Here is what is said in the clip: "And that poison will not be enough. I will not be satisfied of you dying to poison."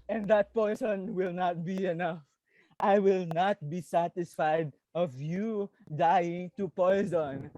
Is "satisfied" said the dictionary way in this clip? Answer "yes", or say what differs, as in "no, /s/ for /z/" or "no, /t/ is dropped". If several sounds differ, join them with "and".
yes